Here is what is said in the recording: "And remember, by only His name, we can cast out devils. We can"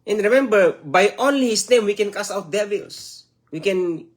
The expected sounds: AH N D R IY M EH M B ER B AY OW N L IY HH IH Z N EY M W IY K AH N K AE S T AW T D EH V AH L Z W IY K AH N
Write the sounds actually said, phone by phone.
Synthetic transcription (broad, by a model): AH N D R IY M EH M B ER B AY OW N L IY HH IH S N EY M W IY K AH N K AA S AW T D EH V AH L S W IY K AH N